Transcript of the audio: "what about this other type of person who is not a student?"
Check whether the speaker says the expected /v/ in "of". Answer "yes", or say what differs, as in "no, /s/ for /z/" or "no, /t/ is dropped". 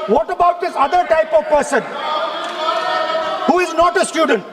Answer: yes